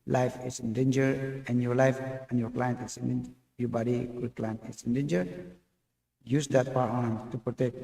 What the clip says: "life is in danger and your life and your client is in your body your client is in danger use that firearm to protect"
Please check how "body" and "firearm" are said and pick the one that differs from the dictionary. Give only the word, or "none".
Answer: firearm